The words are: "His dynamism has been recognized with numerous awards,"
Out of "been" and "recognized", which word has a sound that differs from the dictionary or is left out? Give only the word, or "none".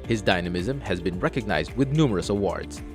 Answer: none